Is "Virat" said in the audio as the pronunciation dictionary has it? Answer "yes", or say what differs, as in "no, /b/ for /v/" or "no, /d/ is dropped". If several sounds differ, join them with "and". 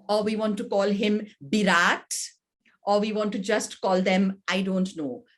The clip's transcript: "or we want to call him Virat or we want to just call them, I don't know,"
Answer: no, /b/ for /v/